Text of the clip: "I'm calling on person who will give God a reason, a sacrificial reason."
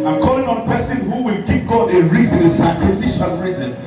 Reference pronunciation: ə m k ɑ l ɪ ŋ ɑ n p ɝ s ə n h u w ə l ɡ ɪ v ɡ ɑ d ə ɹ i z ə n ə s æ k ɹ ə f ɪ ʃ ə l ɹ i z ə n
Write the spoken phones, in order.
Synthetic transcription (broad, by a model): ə k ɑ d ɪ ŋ ɑ n p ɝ s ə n h u w ə l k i p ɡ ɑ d ə ɹ i z ə n ə s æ k ɹ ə f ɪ ʃ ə l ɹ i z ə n